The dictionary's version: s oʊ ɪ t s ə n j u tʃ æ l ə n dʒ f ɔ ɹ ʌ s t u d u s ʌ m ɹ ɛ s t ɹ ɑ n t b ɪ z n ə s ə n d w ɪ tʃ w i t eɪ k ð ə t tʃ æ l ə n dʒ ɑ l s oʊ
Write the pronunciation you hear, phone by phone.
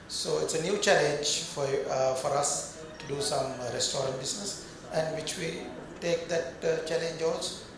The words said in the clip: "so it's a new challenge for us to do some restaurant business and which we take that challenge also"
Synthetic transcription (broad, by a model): s oʊ ɪ t s ə n j u tʃ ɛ l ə n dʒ f ɔ ɹ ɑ s t u d u s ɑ m ɹ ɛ s t ɹ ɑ n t b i s n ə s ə n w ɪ tʃ w i t eɪ k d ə t tʃ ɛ l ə n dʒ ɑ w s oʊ